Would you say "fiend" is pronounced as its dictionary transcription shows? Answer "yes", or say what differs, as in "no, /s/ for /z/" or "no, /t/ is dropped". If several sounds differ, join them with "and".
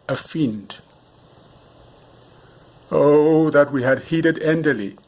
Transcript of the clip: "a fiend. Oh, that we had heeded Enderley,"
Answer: yes